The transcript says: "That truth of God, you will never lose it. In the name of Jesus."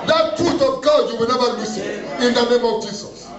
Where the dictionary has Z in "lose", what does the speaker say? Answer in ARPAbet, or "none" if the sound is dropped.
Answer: S